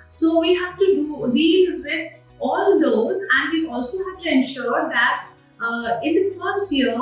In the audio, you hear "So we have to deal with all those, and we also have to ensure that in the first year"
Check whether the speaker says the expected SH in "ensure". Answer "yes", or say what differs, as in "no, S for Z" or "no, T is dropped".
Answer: yes